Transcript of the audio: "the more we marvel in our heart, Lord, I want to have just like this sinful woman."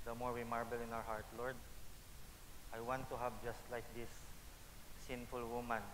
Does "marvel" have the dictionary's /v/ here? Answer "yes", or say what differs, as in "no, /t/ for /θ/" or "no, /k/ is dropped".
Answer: no, /b/ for /v/